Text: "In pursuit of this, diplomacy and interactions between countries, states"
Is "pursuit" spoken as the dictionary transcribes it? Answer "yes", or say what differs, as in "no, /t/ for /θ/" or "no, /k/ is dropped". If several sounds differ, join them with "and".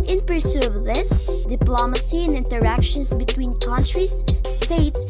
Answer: no, /t/ is dropped